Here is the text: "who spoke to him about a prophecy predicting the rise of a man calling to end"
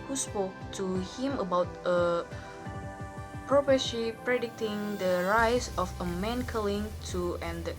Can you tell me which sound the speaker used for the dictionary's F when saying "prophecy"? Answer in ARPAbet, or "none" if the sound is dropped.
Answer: P